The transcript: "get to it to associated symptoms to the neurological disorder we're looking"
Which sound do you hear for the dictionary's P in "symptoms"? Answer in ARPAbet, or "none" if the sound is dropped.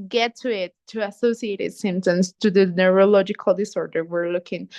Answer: none